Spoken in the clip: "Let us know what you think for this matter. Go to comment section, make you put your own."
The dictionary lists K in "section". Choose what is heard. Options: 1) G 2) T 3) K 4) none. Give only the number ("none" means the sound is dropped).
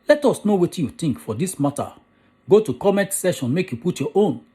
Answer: 4